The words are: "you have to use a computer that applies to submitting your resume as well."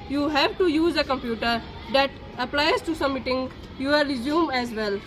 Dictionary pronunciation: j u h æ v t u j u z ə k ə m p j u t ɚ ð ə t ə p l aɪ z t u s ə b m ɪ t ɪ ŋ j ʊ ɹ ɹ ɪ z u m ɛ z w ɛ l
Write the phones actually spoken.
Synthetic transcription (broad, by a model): j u h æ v t u j u z ə k ə m p j u t ɚ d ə t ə p l aɪ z t u s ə m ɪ t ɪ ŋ j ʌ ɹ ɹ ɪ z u m ɛ z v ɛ l